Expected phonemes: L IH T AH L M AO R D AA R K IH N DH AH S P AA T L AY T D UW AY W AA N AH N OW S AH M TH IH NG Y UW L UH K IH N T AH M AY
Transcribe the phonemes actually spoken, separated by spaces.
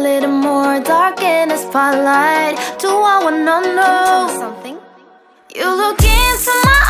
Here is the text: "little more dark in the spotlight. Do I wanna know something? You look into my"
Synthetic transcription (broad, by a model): L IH T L M AO R D AA R K IH N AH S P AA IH L AY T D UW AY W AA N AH N OW S AH M TH IH NG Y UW L UH K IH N S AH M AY